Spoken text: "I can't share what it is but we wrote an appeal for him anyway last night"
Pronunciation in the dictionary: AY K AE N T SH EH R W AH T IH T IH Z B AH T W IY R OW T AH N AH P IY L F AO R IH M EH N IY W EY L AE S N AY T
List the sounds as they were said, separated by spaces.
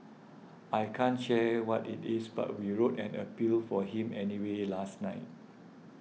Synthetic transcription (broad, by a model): AY K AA N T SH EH W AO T IH T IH S B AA T W IY R OW T AH N AH P IY L F AO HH IH M EH N IY W EY L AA S N AY T